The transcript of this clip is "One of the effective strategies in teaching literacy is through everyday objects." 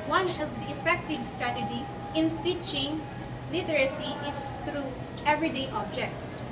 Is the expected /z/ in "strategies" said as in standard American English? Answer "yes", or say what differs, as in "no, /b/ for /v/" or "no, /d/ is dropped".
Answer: no, /z/ is dropped